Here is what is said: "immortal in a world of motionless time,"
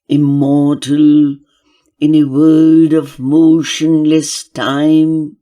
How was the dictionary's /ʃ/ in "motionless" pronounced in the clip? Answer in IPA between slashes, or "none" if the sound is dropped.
/ʃ/